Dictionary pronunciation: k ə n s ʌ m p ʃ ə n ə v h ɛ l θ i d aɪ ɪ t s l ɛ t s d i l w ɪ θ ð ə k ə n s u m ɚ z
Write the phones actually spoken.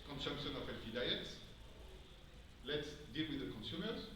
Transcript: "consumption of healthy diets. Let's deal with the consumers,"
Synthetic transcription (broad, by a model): k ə n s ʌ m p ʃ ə n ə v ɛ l f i d aɪ ɪ t s l ɛ t s d i l w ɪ ð ə k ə n s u m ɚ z